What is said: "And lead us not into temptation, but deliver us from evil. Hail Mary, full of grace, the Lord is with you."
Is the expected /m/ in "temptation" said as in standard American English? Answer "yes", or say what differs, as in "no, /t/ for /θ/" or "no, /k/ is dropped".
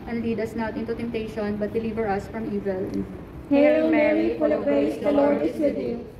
yes